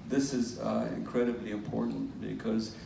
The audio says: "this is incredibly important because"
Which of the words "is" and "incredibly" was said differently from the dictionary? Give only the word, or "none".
none